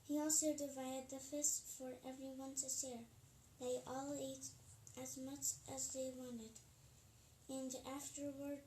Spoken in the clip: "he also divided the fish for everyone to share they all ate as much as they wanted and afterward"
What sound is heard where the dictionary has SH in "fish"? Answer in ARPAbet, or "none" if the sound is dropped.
S